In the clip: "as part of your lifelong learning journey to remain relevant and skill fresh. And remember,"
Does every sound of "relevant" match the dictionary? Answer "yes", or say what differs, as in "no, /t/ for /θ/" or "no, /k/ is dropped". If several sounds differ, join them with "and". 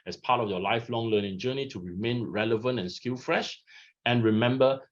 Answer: yes